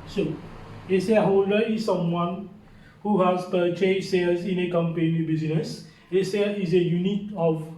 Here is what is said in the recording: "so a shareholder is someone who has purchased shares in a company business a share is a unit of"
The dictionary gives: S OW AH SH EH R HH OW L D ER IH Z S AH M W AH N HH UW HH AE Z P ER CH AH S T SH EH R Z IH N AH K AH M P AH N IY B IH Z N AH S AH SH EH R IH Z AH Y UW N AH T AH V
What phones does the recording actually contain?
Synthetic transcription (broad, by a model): S OW AH S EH HH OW L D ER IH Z S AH M W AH N HH UW HH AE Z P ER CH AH S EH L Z IH N AH K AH M P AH N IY B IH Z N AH S AH S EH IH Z AH Y UW N AH T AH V